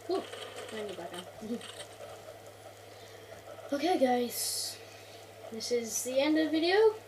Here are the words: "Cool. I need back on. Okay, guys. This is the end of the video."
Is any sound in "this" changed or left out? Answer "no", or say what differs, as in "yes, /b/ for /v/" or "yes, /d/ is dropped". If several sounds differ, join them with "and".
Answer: no